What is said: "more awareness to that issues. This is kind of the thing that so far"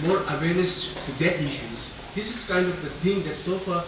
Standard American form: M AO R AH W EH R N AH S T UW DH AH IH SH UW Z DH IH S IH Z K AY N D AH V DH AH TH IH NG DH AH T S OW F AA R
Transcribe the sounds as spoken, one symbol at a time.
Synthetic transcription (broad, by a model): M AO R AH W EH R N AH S T UW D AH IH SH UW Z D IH S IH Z K AY N D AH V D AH T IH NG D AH T S OW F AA R